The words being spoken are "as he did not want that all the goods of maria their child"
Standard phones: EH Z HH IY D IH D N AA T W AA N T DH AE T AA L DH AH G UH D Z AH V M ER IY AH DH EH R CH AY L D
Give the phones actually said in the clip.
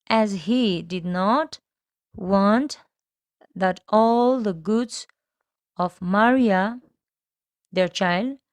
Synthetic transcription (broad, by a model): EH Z HH IY D IH D N AA T W AA N T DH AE T AA L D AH G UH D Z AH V M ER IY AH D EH R CH AY L D